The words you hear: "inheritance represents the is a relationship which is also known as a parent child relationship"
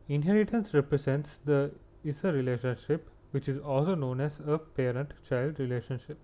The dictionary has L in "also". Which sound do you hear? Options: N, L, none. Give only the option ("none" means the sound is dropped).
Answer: L